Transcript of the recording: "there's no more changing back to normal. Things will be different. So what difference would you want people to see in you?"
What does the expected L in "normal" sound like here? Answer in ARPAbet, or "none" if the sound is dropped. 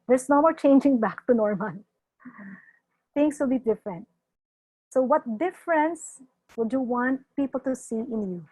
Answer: N